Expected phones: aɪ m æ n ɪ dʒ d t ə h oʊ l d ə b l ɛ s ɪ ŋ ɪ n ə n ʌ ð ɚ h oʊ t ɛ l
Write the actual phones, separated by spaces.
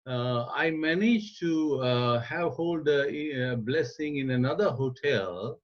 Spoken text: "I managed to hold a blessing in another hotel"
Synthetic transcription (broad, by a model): aɪ m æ n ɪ dʒ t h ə h oʊ l d b l ɛ s ɪ ŋ ɪ n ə n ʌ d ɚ h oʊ t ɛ l